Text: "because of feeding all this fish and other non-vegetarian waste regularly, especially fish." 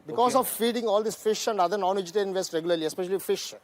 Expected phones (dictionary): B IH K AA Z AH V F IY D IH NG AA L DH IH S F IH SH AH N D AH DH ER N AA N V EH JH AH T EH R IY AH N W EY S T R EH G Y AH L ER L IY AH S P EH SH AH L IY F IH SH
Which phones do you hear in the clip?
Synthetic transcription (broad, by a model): B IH K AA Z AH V F IY D IH NG AA L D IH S F IH SH AH N D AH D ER N AA N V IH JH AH T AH L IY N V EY S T R EH G Y AH L ER L IY AH S P EH SH AH L IY F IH SH